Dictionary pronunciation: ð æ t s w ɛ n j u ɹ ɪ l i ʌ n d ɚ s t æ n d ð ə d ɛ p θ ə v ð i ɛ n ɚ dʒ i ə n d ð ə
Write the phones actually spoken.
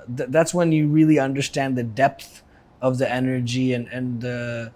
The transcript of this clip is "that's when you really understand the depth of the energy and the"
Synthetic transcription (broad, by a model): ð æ t s w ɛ n j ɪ ɹ ɪ l i ʌ n d ɚ s t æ n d ð ə d ɛ p θ ə v ð i ɛ n ɚ dʒ i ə n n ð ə